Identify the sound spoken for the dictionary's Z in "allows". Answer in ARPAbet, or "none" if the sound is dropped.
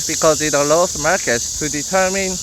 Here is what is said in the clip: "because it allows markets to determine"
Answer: S